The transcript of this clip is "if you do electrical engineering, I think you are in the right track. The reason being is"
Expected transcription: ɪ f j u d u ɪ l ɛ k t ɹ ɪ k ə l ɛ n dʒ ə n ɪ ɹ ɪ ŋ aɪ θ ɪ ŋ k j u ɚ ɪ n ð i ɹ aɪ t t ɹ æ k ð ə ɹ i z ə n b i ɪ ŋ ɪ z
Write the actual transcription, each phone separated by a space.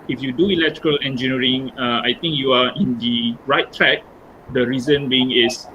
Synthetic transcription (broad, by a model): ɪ f j u d u ɪ l ɛ k t ɹ ɪ k ə l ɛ n dʒ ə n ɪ ɹ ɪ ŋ aɪ t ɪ ŋ k j u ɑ ɪ n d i ɹ aɪ t t ɹ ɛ k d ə ɹ i z ə n b i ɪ ŋ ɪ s